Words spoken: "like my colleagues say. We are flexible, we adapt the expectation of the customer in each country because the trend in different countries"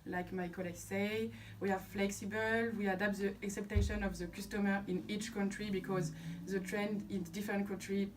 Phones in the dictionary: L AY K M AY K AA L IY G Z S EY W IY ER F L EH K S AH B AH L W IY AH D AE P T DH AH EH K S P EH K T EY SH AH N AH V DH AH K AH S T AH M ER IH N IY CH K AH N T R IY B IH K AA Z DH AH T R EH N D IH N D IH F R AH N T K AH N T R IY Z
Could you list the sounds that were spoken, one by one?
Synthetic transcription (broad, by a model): L AY K M AY K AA L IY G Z S EY W IY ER F L EH K S AH B AH L W IY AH D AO P T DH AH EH K S EH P T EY SH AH N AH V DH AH K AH S T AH M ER IH N IY CH K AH N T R IY B IH K AA Z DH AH T R EH N D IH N D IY F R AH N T K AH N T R IY